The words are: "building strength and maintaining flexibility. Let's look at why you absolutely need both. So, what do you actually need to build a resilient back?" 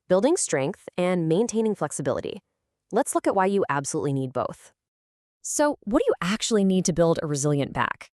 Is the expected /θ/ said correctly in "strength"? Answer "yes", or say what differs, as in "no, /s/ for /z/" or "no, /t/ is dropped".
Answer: yes